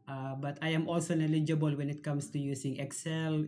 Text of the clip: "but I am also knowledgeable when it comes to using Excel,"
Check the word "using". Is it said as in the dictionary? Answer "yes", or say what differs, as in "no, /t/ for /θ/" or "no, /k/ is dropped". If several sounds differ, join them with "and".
no, /s/ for /z/